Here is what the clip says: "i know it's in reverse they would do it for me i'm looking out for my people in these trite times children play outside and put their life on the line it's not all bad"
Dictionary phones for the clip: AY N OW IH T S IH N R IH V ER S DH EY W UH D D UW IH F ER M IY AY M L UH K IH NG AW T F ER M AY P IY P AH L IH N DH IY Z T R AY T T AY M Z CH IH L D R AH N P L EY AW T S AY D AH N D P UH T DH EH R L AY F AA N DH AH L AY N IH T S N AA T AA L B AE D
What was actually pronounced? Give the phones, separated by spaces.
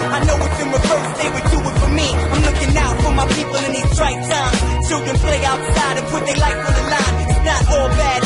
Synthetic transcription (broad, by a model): AY N OW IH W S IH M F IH UH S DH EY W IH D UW IH F ER M IY AY M L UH K IH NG AW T F ER M AY P IY P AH L IH N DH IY S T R AY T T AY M CH IH L D R AH N P L EY AW T S AY D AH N P UH T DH EH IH L AY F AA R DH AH L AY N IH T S N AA T AA L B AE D